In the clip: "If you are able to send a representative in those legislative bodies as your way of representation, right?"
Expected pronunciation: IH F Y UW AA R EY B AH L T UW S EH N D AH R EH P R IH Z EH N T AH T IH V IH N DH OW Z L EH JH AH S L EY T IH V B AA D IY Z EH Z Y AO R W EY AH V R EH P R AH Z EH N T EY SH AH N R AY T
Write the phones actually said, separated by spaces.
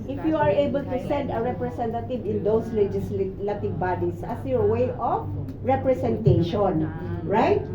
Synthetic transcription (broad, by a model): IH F Y UW AA R EY B AH L T UW S EH N D AH R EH P R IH S EH N T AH T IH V IH N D OW S L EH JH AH S L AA T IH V B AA D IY S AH S Y AO R W EY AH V R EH P R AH S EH N T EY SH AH N R AY T